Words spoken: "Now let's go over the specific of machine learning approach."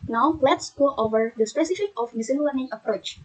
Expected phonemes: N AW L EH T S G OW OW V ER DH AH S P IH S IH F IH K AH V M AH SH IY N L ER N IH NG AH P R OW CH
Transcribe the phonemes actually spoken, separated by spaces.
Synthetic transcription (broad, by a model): N AW L EH T S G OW OW V ER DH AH S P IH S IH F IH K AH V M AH S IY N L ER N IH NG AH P R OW CH